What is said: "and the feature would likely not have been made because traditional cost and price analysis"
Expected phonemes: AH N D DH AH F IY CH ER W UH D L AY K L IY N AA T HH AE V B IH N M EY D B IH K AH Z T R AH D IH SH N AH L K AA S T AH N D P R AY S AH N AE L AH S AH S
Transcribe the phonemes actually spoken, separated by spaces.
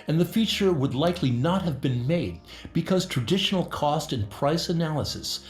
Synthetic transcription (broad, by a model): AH N DH AH F IY CH ER W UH D L AY K L IY N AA T HH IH V B IH N M EY D B IH K AH Z T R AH D IH SH N L K AA S T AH N P R AY S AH N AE L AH S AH S